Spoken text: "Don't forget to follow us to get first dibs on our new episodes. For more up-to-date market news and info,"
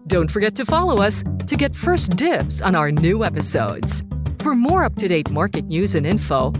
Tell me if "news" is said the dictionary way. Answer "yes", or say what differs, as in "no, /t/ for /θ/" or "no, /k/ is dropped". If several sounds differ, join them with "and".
yes